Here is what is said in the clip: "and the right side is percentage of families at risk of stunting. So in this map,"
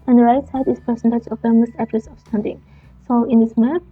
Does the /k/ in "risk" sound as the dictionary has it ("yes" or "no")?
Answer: no